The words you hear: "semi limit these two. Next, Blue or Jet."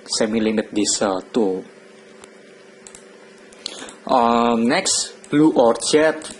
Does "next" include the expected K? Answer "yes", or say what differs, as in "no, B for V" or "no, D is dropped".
yes